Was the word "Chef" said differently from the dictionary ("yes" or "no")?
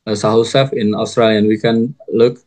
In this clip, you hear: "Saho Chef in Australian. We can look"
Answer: yes